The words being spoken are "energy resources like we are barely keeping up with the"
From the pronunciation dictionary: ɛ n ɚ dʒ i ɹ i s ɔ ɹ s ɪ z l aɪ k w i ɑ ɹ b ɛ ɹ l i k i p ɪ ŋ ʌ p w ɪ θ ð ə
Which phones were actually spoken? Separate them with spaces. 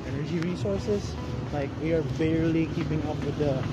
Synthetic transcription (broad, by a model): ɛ n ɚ dʒ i ɹ i s ɔ ɹ s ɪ s l aɪ k w i ɑ ɹ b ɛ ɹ l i k i p ɪ ŋ ʌ p w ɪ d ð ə